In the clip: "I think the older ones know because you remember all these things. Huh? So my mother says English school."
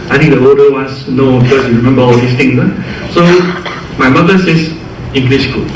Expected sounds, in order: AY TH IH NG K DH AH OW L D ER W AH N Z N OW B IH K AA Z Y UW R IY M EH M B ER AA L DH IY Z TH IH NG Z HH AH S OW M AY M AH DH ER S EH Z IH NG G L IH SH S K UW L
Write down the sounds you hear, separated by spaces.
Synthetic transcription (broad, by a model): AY T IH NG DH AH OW D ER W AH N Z N OW B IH K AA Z Y UW R IY M EH M B ER AA L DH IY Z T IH NG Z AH S OW M AY M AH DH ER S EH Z IH NG G L IH SH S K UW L